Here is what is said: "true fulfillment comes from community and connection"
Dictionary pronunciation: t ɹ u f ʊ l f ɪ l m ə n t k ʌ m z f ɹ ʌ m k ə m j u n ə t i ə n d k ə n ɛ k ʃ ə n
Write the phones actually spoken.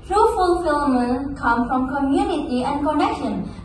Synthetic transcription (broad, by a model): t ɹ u f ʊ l f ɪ l m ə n k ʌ m f ɹ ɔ m k ə m j u n ə t i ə n k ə n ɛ k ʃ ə n